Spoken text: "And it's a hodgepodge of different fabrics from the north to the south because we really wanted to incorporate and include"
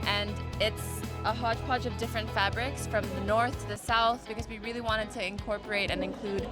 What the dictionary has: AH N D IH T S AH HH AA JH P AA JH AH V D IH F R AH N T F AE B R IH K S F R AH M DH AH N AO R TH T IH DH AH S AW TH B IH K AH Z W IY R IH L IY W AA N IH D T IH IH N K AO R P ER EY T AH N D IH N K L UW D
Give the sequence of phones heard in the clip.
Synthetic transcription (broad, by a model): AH N IH T S AH HH AA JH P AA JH AH V D IH F R AH N T F AE B R IH K S F R AH M DH AH N AO R TH T IH DH AH S AW TH B IH K AH Z W IY R IH L IY W AA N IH D T IH IH N K AO R P ER EY T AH N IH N K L UW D